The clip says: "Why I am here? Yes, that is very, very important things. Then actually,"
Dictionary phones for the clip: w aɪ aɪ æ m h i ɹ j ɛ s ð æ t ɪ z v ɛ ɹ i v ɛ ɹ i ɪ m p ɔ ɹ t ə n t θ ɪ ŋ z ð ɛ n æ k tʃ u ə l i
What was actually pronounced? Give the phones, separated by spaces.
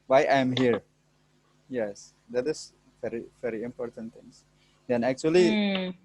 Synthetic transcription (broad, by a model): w aɪ aɪ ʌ m h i ɹ j ɛ s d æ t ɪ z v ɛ ɹ i v ɛ ɹ i ɪ m p ɔ ɹ t ə n t t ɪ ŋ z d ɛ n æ k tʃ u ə l i